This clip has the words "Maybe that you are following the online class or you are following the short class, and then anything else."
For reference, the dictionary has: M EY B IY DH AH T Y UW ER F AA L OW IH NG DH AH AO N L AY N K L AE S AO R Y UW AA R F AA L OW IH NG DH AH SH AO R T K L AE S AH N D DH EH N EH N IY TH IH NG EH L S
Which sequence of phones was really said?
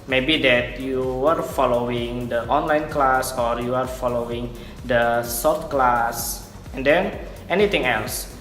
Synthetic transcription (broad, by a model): M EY B IY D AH T Y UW ER F AA L OW IH NG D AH AO N L AY N K L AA S AO R Y UW AA R F AA L OW IH NG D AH S AO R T K L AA S AH N D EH N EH N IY T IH NG EH L S